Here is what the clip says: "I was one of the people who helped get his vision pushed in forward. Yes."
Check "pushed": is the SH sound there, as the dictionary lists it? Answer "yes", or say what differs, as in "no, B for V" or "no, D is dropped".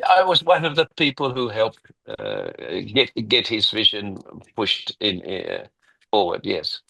yes